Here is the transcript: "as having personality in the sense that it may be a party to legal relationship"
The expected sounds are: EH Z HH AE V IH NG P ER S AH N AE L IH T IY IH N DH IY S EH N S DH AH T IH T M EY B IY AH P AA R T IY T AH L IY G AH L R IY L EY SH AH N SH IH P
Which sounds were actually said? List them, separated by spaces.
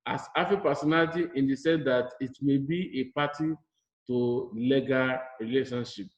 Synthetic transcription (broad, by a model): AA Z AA F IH P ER S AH N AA L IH T IY IH N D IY S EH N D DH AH T IH T M EY B IY AH P AA T IY T AH L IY G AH R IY L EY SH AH N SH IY P